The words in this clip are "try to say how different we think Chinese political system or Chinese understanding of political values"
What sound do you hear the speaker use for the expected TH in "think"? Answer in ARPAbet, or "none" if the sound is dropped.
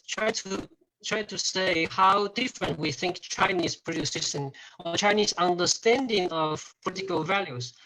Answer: TH